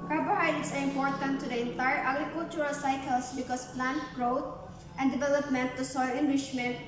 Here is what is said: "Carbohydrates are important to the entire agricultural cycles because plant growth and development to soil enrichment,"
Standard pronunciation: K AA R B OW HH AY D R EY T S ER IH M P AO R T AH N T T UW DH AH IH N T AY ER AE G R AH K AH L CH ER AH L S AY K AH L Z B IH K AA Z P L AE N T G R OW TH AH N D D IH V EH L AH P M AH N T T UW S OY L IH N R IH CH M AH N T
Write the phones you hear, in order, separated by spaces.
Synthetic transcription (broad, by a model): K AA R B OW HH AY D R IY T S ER IH M P AO R T AH N T T UW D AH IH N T AY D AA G R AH K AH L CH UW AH L S AY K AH L S B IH K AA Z P L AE N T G R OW T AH N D D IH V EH L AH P M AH N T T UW S OY L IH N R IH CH M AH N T